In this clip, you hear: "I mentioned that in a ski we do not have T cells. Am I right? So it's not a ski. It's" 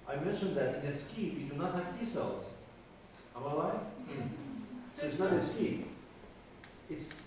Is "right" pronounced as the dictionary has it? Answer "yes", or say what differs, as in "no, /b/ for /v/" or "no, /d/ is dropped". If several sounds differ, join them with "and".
no, /l/ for /ɹ/